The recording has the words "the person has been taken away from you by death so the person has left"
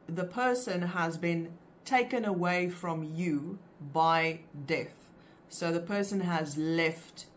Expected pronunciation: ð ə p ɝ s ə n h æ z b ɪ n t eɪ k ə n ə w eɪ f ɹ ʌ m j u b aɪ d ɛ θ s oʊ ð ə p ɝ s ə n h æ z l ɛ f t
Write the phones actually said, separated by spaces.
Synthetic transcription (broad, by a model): ð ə p ɝ s ə n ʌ z b ɪ n t eɪ k ə n ə w eɪ f ɹ ʌ m j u b aɪ d ɛ θ s oʊ ð ə p ɝ s ə n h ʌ z l ɛ f t